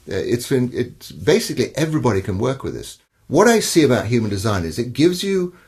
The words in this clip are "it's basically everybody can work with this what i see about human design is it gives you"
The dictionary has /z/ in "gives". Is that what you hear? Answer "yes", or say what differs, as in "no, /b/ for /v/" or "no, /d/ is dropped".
yes